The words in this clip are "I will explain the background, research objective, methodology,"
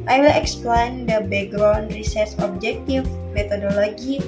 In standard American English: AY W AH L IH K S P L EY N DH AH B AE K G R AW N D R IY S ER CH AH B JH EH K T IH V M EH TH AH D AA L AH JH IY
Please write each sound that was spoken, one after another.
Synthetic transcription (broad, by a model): AY W AH L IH K S P L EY N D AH B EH G R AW N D R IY S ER S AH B JH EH K T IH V M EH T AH D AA L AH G IY